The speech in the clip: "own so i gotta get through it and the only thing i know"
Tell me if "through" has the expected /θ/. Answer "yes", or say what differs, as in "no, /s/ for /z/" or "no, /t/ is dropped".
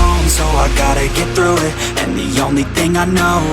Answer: yes